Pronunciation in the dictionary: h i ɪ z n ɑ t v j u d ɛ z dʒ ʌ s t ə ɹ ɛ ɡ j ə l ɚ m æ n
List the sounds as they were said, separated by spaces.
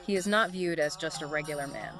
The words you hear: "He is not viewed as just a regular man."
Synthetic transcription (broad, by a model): h i ɪ z n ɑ t v j u d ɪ z dʒ ʌ s t ə ɹ ɛ ɡ j l ɚ m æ n